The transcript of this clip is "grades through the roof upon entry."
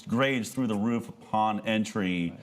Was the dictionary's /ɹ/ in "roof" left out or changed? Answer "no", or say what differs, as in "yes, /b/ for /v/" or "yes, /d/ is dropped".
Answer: no